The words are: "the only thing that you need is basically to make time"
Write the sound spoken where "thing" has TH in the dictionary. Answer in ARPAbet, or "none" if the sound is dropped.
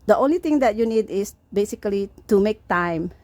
T